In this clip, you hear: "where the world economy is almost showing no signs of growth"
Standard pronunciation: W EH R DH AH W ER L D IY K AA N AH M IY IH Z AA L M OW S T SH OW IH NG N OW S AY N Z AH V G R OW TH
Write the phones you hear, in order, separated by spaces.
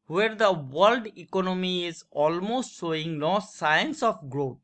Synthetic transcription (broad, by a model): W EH R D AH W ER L D IY K AA N AH M IY IH Z AA L M OW S T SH OW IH NG L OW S AY N S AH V G R OW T